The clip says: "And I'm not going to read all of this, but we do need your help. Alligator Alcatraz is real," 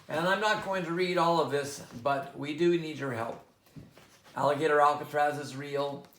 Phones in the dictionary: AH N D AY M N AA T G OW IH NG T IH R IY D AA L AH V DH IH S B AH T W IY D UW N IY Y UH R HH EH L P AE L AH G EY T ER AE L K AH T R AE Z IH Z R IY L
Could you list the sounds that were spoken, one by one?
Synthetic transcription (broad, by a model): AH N AY M N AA T G OW IH NG T IH R IY D AA L AH V DH IH S B AH T W IY D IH N IY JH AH R HH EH L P AE L AH G EY T ER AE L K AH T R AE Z IH Z R IY L